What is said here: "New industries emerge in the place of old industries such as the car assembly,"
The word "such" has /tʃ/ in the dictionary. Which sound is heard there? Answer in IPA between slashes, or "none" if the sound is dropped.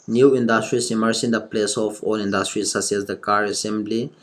/s/